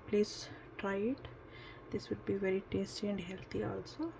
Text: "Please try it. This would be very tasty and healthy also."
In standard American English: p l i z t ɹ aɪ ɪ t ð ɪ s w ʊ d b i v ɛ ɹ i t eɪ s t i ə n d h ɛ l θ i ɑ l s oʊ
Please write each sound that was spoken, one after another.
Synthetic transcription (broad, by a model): p l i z t ɹ aɪ ɪ t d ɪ s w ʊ d b i v ɛ ɹ i t eɪ s t i ə n d h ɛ l t i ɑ l s oʊ